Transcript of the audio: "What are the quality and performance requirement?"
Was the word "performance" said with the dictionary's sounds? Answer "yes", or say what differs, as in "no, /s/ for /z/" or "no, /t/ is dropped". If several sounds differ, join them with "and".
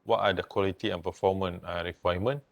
no, /s/ is dropped